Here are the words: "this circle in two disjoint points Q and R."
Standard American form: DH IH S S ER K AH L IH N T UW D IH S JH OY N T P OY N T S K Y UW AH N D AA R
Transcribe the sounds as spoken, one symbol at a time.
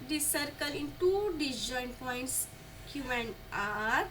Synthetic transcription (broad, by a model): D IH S S ER K AH L IH N T UW D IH JH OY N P OY N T S K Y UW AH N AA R